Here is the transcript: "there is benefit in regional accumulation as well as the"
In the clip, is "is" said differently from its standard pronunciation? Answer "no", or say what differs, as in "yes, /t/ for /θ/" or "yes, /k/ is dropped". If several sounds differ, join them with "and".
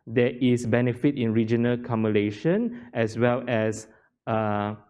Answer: yes, /s/ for /z/